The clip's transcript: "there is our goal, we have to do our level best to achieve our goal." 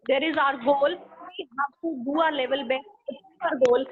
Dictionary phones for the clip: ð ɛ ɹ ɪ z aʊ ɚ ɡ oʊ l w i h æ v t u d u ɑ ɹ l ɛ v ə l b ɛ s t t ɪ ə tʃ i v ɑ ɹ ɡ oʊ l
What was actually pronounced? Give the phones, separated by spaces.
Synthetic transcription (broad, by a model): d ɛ ɹ ɪ z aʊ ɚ ɡ oʊ l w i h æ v t u d u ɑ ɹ l ɛ v ə l b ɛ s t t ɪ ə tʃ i p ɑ ɹ ɡ oʊ l